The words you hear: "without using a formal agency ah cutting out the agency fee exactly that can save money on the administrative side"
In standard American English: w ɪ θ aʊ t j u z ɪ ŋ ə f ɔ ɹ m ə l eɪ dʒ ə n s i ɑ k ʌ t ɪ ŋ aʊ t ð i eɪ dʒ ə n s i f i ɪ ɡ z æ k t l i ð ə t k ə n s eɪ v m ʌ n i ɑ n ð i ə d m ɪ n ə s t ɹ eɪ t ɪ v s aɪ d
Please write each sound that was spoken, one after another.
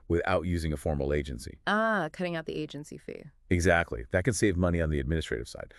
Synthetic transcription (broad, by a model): w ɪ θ aʊ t j u z ɪ ŋ ə f ɔ ɹ m l eɪ dʒ ə n s i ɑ k ʌ t ɪ ŋ aʊ t ð i eɪ dʒ ə n s i f i ɪ ɡ z æ k t l i ð ə t k ə n s eɪ v m ʌ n i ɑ n ð i ə d m ɪ n ə s t ɹ eɪ t ɪ v s aɪ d